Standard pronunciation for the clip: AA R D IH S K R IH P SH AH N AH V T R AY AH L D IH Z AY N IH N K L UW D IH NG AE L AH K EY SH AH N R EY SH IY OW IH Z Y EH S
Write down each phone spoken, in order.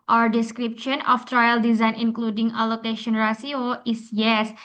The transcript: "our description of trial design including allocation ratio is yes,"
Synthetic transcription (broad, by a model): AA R D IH S K R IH P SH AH N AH F T R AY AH L D IH Z AY N IH N K L UW D IH NG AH L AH K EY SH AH N R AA S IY OW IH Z Y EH S